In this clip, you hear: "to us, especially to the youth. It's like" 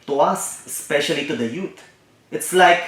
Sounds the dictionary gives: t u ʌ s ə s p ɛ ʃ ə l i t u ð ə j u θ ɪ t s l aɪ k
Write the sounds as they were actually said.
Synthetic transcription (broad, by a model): t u ʌ s ə s p ɛ ʃ ə l i t u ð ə j u t ɪ t s l aɪ k